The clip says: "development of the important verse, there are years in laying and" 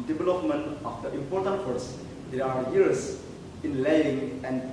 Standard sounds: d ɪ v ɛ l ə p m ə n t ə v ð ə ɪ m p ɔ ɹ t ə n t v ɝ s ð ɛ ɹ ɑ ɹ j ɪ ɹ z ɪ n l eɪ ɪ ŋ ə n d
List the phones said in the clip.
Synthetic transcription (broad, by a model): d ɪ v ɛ l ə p m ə n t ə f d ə ɪ m p ɔ ɹ t ə n t f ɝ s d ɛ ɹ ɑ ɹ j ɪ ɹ s ɪ n l eɪ ɪ ŋ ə n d